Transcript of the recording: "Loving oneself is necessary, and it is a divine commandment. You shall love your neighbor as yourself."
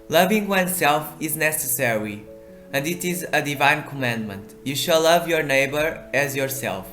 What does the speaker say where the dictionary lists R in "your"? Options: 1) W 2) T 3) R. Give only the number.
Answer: 3